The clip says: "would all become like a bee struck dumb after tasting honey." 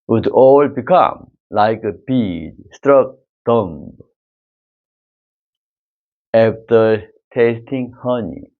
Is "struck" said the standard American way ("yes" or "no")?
yes